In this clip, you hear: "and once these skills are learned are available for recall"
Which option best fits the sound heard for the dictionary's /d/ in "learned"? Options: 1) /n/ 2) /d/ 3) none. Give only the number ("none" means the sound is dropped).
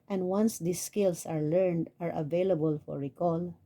2